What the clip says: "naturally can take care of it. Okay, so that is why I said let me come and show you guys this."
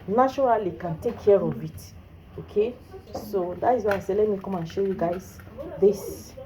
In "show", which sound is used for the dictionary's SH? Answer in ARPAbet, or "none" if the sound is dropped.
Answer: SH